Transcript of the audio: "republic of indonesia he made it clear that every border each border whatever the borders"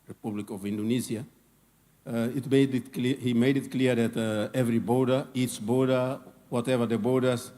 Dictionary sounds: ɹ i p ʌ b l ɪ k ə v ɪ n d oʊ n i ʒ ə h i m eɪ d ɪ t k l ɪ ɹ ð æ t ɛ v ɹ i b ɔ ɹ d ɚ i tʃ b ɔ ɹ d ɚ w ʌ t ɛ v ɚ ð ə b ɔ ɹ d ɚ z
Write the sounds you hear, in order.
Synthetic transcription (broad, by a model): ɹ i p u b l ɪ k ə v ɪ n d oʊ n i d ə h i m eɪ d ɪ t k l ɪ ɹ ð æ t ɛ v ɹ i b ɔ ɹ d ɚ i tʃ b ɔ ɹ d ɚ w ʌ t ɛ v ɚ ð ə b ɔ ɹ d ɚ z